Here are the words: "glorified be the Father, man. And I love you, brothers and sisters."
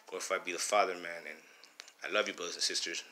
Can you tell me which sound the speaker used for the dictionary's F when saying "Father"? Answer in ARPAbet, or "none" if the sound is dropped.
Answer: F